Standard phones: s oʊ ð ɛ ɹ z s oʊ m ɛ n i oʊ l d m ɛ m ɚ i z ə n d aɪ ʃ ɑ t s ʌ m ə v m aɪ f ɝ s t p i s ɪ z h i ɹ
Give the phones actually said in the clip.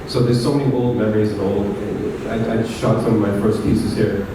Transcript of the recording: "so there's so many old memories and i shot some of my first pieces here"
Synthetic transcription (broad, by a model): s oʊ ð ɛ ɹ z s oʊ m ɛ n i oʊ l d m ɛ m ɚ i z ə l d aɪ ʃ ɑ t s ʌ m ə v m aɪ f ɝ s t p i s ɪ z h i ɹ